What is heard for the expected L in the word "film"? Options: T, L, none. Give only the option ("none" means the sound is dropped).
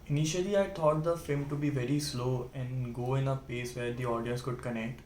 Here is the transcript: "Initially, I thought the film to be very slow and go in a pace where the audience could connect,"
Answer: none